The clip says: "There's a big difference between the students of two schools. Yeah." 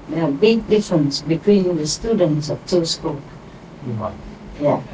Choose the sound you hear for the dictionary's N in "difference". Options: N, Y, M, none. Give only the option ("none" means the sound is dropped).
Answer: N